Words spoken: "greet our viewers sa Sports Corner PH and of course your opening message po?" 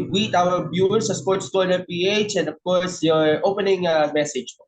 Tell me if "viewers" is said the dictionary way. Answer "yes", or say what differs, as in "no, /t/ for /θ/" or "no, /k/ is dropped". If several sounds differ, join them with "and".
no, /b/ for /v/